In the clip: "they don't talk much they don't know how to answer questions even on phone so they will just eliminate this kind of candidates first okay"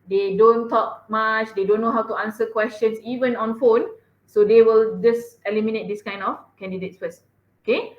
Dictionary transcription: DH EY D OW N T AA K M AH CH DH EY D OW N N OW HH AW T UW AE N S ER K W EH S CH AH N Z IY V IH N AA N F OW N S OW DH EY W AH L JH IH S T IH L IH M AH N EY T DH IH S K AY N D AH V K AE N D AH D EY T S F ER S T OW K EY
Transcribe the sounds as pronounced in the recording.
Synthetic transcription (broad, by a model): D EY D OW N T AA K M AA CH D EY D OW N N OW HH AW T UW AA N S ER K W EH S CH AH N S IY V IH N AA N F OW N S OW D EY W AH L JH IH S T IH L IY M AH N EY T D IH S K AY N D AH F K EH N D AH D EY T S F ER S OW K EY